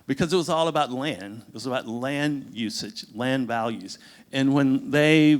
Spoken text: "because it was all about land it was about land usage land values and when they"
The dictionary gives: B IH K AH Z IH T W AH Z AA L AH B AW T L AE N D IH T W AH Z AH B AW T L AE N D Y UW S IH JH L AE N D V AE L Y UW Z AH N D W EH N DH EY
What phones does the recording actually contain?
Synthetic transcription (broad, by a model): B IH K AH Z IH T W AH Z AA L AH B AW T L AE N D IH T W AH Z AH B AW T L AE N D Y UW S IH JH L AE N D V AE L Y UW Z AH N W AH N DH EY